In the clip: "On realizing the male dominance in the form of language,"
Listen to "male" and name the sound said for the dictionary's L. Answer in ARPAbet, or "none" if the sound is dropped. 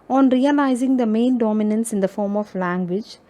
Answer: N